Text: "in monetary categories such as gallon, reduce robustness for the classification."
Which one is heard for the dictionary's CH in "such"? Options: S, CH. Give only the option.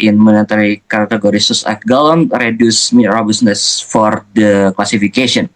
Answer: S